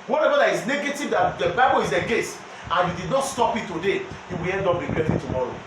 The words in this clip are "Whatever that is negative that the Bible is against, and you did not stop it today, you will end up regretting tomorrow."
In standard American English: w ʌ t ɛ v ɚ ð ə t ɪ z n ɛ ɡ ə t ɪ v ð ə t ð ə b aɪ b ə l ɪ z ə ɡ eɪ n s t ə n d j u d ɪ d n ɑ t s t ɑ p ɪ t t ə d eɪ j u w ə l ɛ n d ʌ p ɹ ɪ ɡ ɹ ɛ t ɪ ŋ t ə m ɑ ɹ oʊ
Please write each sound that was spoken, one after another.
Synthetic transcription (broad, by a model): w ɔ t ɛ v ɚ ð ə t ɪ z n ɛ ɡ ə t ɪ v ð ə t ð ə b aɪ b ə l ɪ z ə ɡ eɪ s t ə n j u d ɪ d n ɑ t s t ɑ p ɪ t t ə d eɪ j u w ə l ɛ n d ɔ p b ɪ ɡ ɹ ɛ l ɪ t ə m ɑ ɹ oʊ